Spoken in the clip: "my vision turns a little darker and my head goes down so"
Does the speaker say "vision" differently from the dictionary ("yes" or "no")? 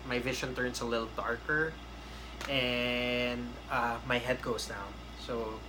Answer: yes